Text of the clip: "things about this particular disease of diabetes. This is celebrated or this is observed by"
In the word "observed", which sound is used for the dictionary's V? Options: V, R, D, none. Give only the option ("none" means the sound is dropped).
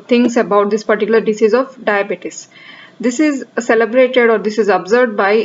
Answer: none